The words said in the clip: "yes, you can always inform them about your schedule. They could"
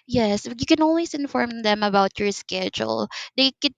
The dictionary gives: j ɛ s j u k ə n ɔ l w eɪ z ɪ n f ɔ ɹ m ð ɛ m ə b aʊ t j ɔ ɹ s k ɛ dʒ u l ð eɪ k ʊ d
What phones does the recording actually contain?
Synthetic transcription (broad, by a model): j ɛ s j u k ə n ɔ n w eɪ s ɪ n f ɔ ɹ m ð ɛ m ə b aʊ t j ɔ ɹ s k ɛ dʒ u l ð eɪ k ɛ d